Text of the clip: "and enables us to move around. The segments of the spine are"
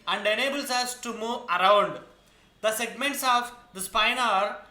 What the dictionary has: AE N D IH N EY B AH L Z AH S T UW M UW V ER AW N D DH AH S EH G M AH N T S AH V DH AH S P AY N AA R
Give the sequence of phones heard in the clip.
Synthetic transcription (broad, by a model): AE N D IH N EY B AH L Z AH S T UW M UW V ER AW N D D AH S EH G M AH N T S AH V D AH S P AY N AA R